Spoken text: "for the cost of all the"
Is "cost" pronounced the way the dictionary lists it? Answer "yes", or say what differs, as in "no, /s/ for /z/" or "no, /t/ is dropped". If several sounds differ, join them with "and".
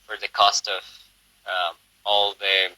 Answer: yes